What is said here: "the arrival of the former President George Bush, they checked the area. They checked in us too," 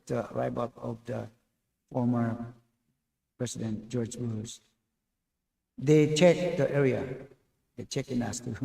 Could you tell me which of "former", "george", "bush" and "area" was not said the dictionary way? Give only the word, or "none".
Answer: bush